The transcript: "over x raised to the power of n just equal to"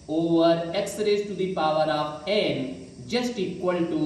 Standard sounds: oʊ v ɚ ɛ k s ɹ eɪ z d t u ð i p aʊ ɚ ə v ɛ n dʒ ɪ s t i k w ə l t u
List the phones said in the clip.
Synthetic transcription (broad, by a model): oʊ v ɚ ɛ k s ɹ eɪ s t u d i p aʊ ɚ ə p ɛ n dʒ ɪ s t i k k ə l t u